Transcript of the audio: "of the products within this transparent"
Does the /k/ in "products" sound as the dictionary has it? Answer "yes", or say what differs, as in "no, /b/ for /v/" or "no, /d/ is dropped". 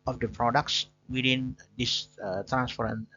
yes